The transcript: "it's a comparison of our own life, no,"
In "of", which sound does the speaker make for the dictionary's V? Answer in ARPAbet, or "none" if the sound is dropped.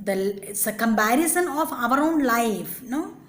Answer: V